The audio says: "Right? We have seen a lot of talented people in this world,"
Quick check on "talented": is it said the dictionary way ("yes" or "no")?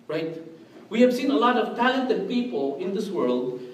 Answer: yes